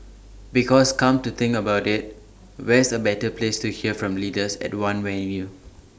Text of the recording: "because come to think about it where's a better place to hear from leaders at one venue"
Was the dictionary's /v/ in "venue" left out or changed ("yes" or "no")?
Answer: yes